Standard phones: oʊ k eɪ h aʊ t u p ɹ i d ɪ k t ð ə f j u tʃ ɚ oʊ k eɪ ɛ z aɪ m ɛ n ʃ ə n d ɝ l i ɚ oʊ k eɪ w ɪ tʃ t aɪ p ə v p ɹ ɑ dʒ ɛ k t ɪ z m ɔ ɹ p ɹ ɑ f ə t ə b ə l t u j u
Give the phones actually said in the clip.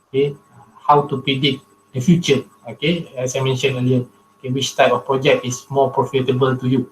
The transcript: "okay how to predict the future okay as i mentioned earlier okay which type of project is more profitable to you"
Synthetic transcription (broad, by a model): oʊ k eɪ h aʊ t u p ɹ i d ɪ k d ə f j u tʃ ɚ oʊ k eɪ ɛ s aɪ m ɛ n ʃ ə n ɝ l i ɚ oʊ k eɪ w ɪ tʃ t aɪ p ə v p ɹ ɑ dʒ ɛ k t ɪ s m ɔ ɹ p ɹ ɑ f ə t ə b ə l t u j u